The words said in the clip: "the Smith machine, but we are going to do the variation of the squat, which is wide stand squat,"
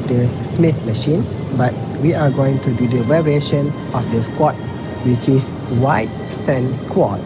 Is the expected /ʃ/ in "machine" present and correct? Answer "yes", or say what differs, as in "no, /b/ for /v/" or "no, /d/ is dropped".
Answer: yes